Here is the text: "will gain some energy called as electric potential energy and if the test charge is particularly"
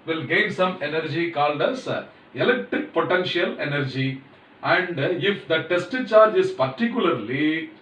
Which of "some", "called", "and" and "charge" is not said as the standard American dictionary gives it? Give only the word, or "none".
none